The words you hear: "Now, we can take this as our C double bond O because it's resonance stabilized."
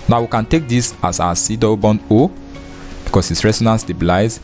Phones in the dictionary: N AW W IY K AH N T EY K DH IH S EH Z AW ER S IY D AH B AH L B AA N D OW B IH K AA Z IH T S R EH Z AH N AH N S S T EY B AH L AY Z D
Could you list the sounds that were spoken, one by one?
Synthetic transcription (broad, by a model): N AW W IY K AH N T EY K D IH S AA S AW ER S IY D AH B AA N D OW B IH K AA S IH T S R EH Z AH N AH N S S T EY B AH L AY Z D